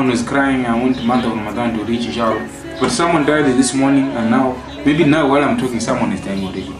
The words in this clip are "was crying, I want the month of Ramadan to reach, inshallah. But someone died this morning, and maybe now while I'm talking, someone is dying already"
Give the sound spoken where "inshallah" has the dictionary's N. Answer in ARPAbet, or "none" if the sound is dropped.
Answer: none